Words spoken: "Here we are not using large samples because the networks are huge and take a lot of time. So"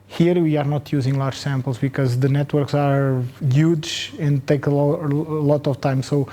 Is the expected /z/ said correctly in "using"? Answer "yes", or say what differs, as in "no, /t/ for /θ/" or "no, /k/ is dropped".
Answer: yes